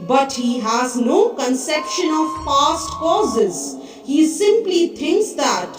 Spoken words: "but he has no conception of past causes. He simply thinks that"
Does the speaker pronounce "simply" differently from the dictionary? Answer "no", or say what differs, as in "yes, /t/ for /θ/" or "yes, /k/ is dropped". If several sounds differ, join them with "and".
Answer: no